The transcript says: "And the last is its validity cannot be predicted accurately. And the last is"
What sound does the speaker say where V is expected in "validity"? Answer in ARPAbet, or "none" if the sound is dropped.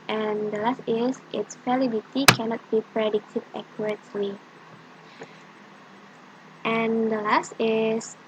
F